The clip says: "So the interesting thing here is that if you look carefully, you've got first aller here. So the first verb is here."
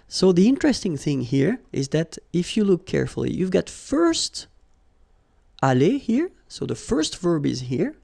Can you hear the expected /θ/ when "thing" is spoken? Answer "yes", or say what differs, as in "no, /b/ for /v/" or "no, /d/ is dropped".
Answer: yes